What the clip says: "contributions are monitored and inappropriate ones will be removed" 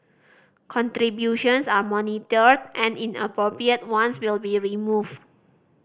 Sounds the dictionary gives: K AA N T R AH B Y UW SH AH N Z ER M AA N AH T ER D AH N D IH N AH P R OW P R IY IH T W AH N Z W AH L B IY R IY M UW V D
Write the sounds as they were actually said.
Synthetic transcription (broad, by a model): K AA N T R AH B Y UW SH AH N S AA M AA N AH T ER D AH N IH N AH P R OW P R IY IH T W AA N S W AH L B IY R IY M UW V